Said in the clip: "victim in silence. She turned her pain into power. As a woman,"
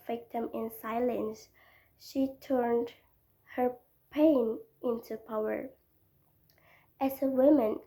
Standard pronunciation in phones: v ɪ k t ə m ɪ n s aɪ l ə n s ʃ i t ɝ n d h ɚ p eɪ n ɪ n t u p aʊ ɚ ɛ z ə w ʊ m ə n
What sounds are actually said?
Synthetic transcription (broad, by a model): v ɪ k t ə m ɪ n s aɪ l ə n s ʃ i t ɝ n d h ɚ p eɪ n ɪ n t u p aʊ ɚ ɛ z ə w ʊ m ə n